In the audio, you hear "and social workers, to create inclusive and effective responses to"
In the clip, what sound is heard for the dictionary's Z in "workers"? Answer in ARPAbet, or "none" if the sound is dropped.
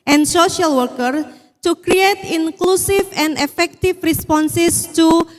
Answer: none